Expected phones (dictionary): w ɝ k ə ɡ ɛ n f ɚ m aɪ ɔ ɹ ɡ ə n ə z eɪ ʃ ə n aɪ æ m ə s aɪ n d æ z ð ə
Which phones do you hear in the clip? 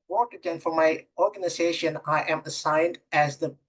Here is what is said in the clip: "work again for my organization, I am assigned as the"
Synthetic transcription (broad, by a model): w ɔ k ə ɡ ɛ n f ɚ m aɪ ɔ ɹ ɡ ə n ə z eɪ ʃ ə n aɪ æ m ə s aɪ n d æ z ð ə